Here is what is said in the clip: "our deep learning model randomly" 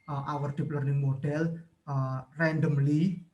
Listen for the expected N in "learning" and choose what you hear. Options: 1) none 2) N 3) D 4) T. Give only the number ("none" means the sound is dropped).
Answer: 2